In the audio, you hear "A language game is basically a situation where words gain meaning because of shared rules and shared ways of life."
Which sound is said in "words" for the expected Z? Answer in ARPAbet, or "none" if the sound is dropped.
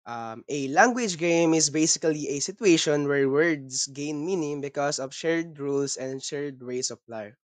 S